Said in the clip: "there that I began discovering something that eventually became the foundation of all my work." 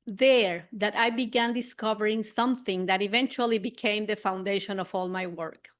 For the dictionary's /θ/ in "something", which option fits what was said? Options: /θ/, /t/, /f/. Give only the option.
/θ/